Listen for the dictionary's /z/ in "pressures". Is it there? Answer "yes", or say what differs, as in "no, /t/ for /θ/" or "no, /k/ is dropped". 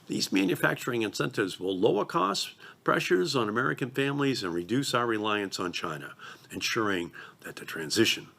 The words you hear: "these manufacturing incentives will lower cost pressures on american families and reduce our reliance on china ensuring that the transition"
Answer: yes